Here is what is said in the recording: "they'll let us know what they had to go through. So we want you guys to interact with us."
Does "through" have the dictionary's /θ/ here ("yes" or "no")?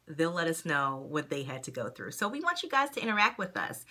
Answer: yes